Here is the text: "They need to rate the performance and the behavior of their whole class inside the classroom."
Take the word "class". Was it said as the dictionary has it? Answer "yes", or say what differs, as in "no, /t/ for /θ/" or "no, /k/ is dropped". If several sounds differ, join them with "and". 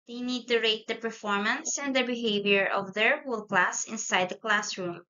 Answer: yes